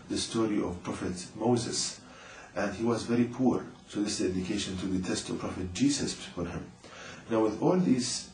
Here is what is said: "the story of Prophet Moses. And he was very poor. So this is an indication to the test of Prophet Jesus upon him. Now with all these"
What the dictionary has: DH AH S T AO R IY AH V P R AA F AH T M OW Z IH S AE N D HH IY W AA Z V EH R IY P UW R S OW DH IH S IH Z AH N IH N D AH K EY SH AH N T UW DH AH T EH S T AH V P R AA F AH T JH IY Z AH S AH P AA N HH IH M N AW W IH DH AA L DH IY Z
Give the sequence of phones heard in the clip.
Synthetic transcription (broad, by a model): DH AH S T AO R IY AH V P R AA F AH T M OW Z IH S AE N D HH IY W AA Z V EH R IY P UW R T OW DH IH S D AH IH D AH K EY SH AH N T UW DH AH T EH S T AH V P R AA F AH T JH IY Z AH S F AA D HH IH M N AW W IH DH AA L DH IY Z